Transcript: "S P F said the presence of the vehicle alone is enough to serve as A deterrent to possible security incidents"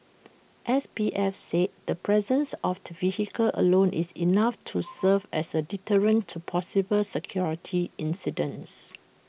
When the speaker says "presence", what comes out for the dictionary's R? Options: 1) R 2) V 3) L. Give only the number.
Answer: 1